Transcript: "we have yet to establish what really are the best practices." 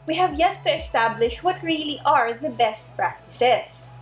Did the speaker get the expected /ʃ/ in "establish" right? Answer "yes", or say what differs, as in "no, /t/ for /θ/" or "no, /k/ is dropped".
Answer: yes